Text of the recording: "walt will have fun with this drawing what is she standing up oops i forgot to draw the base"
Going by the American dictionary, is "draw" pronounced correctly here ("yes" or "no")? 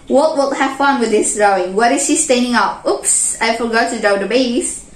no